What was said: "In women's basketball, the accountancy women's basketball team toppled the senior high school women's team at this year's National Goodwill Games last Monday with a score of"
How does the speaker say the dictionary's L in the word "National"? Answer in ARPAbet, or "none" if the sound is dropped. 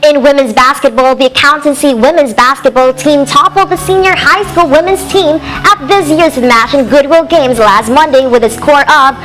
N